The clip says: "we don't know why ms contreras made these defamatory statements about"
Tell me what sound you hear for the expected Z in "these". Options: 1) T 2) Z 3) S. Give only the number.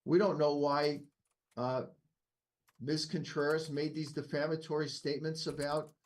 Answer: 2